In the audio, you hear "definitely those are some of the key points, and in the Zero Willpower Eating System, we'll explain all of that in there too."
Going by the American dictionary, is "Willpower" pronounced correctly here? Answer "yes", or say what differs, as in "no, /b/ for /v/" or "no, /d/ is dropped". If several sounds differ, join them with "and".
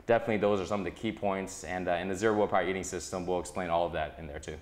no, /l/ is dropped